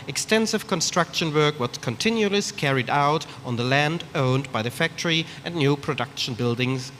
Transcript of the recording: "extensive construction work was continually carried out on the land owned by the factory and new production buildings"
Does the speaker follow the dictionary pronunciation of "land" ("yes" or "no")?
yes